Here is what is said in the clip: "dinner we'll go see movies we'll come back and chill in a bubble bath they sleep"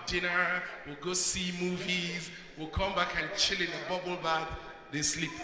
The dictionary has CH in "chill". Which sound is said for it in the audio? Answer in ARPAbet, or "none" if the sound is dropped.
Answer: CH